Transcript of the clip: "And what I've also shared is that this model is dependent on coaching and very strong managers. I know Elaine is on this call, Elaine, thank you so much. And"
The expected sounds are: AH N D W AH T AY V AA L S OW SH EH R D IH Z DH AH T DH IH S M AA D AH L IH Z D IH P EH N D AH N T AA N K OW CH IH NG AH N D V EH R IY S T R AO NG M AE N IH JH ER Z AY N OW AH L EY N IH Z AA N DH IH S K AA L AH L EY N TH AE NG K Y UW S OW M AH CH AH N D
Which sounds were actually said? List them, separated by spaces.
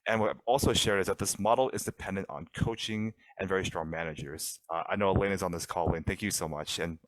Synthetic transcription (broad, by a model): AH N W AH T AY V AA L S OW SH EH R D IH Z DH AH T DH IH S M AA D L IH Z D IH P EH N D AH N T N K OW CH IH NG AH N V EH R IY S T R AO NG M AE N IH JH ER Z AY N OW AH L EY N IH Z N DH IH S K AA L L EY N TH AE NG K Y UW S OW M AH CH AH N